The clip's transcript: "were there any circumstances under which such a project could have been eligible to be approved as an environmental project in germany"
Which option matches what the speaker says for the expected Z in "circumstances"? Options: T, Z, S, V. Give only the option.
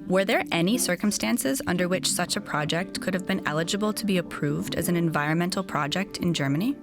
Z